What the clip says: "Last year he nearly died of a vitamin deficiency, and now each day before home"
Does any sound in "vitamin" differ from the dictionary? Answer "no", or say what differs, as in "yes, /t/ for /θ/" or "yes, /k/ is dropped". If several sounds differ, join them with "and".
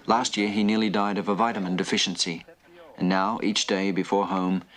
no